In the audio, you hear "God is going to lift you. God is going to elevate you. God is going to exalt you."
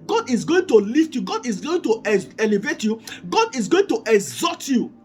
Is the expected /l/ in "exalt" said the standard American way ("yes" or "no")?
no